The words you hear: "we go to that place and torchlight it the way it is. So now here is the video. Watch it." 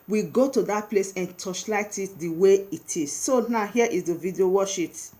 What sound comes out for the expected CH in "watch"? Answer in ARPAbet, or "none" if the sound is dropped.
SH